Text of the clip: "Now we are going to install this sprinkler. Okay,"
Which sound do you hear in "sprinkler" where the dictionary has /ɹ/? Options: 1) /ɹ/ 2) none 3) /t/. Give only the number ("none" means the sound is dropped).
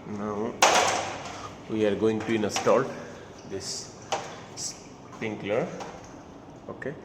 2